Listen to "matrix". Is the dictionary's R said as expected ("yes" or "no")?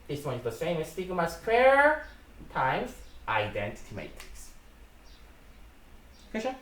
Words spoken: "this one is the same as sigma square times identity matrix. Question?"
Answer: no